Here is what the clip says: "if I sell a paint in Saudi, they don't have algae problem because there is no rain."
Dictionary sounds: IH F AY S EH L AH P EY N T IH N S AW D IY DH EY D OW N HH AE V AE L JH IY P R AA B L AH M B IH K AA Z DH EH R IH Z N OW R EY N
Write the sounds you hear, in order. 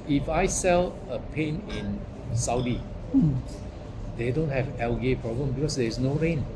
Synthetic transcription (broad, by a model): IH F AY S EH L AH P EY N IH N S AW D IY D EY D OW N HH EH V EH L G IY P R AA B L AH M B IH K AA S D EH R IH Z N OW R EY N